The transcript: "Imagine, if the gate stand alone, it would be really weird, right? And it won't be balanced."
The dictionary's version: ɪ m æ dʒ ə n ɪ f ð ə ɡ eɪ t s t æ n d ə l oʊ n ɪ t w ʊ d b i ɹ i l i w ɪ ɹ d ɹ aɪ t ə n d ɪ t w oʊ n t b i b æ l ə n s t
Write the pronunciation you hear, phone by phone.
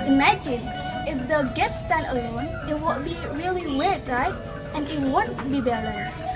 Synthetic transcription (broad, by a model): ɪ m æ dʒ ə n ɪ f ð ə ɡ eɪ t s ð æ d ə l oʊ n ɪ t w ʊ b i ɹ i l i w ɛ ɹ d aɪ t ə n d ɪ t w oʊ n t b i b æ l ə n s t